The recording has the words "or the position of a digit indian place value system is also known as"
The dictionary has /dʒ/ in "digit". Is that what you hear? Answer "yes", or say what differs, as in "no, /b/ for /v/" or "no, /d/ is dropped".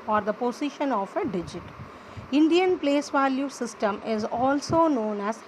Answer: yes